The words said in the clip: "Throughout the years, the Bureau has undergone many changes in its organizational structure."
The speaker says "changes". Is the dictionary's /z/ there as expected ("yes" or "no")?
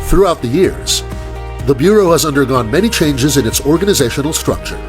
yes